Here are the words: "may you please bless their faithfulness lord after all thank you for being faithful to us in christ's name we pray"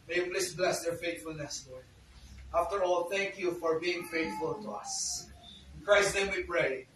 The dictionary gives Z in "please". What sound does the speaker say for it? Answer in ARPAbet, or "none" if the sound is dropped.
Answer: S